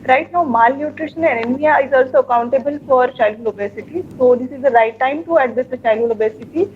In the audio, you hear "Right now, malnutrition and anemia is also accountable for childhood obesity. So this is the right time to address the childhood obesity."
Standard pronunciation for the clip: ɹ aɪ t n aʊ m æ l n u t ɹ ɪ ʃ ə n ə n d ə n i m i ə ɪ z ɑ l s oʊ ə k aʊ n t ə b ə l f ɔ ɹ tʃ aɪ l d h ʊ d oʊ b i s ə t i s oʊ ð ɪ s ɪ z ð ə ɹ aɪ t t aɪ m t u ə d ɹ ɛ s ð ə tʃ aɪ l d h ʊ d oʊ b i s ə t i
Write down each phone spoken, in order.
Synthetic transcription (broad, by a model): ɹ aɪ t l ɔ m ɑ l n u t ɹ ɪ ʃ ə n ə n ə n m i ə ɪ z ɑ l s oʊ ə k aʊ n t ə b ə l f ɔ ɹ tʃ aɪ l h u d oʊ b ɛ s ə t i s oʊ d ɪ s ɪ z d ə ɹ aɪ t t aɪ m t u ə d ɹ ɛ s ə tʃ aɪ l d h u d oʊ b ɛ s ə t i